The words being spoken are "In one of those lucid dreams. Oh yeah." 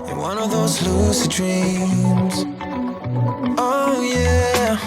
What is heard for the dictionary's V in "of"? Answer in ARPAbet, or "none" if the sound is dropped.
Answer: V